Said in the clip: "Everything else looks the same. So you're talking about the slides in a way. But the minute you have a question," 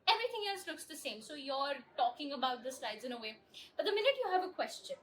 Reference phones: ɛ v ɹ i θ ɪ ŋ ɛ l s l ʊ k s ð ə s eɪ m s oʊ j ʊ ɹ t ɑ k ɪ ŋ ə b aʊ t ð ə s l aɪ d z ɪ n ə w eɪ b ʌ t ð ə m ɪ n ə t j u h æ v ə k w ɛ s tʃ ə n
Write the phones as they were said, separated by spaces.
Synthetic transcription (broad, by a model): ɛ v ɹ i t ɪ ŋ ɛ l s l ʊ k s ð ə s eɪ m s oʊ j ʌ ɹ t ɑ k ɪ ŋ ə b aʊ t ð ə s l aɪ d z ɪ n ə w eɪ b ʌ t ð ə m ɪ n ə t j u h æ v ə k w ɛ s tʃ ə n